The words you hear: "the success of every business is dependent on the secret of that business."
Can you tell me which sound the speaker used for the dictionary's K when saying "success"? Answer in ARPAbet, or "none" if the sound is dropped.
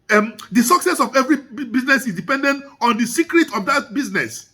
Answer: K